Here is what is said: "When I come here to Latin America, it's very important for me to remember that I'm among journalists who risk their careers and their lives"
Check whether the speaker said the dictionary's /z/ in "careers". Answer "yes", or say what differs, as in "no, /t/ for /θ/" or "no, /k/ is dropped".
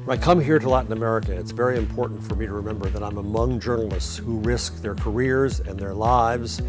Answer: yes